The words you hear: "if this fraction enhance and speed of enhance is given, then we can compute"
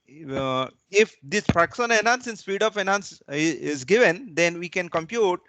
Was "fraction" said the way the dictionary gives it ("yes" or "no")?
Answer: no